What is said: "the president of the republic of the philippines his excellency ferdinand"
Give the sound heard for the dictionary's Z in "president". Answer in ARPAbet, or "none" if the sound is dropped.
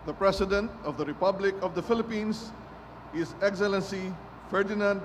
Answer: S